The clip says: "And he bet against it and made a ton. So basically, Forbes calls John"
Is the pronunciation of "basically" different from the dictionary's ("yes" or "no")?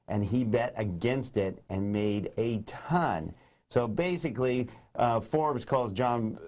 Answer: no